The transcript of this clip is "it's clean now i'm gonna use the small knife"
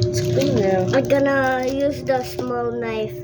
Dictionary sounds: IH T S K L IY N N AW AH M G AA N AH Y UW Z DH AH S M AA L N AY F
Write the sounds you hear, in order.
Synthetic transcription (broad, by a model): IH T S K W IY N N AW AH G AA N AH Y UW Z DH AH S M AA L N AY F